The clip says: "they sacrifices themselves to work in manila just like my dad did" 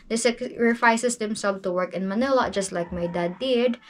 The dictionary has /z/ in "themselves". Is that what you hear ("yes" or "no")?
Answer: no